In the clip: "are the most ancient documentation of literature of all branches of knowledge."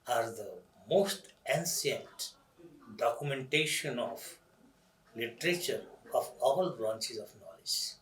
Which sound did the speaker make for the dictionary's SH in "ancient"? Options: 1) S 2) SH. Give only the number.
1